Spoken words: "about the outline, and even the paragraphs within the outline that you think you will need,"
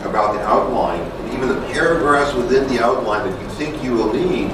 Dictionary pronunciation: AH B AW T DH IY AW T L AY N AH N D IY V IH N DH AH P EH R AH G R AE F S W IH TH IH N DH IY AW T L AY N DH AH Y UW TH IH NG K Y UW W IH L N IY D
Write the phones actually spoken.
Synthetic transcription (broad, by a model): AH B AW T DH IY AW T L AY N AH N IY V IH N DH AH P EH R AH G R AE S W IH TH IH N DH IY AW T L AY N DH AH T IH TH IH NG K Y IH W IH L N IY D